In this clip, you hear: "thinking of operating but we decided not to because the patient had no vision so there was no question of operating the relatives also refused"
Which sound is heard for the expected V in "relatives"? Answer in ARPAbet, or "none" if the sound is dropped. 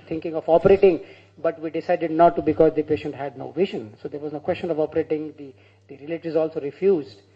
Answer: none